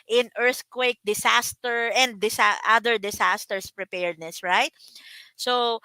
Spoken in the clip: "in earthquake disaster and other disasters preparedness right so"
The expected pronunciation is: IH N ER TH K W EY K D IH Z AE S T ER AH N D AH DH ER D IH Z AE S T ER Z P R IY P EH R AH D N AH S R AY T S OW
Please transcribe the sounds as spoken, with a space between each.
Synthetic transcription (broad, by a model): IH N ER TH K W EY K D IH S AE S T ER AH N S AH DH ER D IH S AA S T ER S P R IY P EH R D N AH S R AY T S OW